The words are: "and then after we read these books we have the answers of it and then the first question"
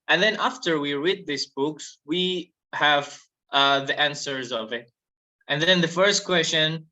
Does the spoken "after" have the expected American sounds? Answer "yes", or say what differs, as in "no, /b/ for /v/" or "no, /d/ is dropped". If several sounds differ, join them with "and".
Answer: yes